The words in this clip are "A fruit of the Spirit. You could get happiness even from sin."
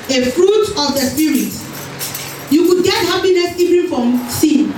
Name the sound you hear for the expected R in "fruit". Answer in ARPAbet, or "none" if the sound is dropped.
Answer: R